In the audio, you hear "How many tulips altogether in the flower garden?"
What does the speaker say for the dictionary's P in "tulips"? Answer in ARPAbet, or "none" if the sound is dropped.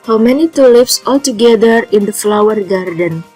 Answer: F